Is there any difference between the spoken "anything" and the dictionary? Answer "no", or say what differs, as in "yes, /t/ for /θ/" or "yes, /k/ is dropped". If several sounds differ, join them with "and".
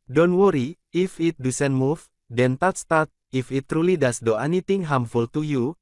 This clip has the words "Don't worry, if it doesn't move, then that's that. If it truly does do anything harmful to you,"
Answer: yes, /t/ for /θ/